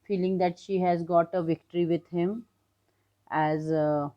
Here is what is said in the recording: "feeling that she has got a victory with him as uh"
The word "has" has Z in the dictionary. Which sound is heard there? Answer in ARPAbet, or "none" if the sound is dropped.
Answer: Z